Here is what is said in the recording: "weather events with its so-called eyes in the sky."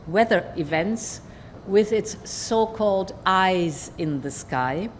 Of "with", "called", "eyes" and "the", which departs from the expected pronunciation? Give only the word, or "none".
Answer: none